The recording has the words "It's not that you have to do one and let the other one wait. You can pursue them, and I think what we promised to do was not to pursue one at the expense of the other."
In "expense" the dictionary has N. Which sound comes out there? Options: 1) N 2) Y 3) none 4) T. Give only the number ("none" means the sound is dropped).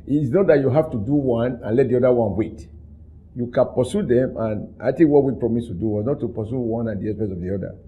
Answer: 3